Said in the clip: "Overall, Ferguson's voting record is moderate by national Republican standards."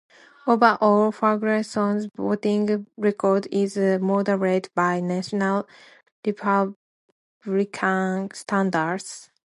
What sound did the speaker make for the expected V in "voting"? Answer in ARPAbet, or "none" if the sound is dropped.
B